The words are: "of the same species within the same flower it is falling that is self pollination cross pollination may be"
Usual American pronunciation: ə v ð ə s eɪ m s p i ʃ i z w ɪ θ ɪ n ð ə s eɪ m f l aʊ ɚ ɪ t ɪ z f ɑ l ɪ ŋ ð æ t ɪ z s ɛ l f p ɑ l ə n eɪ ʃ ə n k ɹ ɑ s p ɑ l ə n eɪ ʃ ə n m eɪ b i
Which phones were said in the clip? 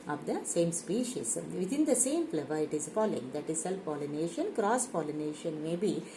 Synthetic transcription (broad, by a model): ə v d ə s eɪ m s p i ʃ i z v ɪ t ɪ n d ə s eɪ m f l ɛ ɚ ɪ t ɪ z f ɑ l ɪ ŋ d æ t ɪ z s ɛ l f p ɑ l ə n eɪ ʃ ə n k ɹ ɑ s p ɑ l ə n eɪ ʃ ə n m eɪ b i